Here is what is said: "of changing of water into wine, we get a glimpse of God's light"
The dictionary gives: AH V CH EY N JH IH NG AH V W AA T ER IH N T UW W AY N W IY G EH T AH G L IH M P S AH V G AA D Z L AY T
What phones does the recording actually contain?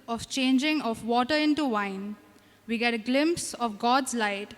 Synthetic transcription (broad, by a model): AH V CH EY N JH IH NG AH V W AA T ER IH N T UW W AY N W IY G EH T AH G L IH M P S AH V G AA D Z L AY T